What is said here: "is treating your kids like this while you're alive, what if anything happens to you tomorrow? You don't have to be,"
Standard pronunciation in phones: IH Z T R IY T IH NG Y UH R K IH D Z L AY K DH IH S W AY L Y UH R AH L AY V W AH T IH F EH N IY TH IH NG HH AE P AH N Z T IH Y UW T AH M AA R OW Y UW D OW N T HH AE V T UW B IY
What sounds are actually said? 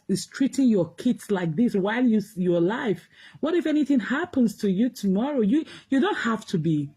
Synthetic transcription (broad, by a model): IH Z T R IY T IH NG Y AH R K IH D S L AY K DH IH S W AY L Y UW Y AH L AY F W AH T IH F EH N IY TH IH NG HH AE P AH N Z T IH Y UW T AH M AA R OW Y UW D OW N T HH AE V T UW B IY